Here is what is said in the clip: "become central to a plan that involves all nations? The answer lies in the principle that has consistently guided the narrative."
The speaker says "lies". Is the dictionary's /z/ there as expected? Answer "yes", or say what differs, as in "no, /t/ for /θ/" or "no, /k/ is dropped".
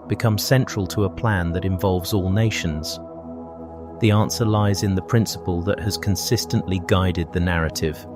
yes